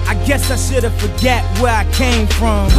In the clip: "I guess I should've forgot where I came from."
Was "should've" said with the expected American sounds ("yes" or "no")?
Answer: no